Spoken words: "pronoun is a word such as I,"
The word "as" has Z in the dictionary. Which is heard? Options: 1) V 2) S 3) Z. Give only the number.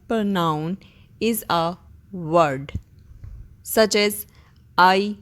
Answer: 3